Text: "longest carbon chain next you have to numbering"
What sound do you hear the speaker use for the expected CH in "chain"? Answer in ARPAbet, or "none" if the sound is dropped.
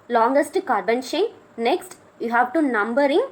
SH